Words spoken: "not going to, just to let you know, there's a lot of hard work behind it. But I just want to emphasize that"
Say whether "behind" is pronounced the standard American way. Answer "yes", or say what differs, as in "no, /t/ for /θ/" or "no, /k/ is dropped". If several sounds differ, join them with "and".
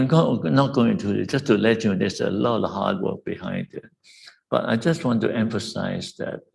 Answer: yes